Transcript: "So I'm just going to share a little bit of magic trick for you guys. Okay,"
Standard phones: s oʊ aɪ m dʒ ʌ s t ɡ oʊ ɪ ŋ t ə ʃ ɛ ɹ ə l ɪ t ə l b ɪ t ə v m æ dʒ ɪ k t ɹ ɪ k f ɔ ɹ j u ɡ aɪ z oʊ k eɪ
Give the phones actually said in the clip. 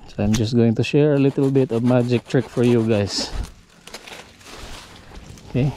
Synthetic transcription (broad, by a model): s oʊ aɪ m dʒ ʌ s t ɡ oʊ ɪ ŋ t ə ʃ ɛ ɹ ə l ɪ t ə l b ɪ t ə v m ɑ dʒ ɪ k t ɹ ɪ k f ɔ ɹ j u ɡ aɪ s oʊ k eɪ